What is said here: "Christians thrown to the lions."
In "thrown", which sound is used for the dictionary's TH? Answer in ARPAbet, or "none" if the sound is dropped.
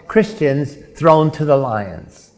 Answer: TH